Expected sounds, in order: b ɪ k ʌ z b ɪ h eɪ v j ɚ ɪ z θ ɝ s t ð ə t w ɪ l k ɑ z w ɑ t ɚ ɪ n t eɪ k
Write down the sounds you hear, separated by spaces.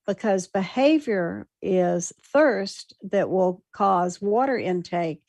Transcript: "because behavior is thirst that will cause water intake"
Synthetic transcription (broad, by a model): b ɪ k ʌ z b ɪ h eɪ v j ɚ ɪ z θ ɝ s t ð ə t w ɪ l k ɑ z w ɑ t ɚ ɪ n t eɪ k